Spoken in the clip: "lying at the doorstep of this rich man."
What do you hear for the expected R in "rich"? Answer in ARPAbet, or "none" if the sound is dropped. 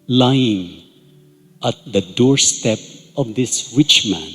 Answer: W